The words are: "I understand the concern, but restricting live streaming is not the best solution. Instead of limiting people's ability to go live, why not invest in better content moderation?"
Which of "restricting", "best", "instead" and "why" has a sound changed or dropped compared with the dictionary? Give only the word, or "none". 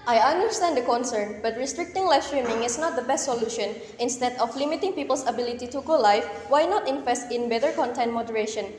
none